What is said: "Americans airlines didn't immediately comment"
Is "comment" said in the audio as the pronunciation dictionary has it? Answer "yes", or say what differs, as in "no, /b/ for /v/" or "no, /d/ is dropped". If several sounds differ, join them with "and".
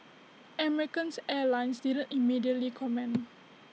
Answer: no, /t/ is dropped